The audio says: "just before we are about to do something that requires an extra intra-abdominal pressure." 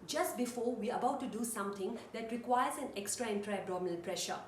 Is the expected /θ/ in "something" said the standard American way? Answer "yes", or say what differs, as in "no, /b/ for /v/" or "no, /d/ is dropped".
no, /t/ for /θ/